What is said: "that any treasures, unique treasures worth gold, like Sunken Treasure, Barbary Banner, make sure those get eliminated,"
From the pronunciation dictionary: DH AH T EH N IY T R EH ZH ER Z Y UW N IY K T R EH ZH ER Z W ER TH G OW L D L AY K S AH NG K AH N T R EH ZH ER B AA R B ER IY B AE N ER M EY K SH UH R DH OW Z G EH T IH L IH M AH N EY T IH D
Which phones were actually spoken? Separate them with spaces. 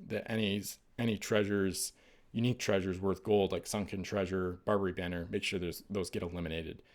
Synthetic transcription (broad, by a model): DH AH T EH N IY T R EH ZH ER Z Y UW N IY K T R EH ZH ER Z W ER TH G OW L D L AY K S AH NG K AH N T R EH ZH ER B AA R B ER IY B AE N ER M EY K SH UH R DH OW Z G EH T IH L IH M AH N EY T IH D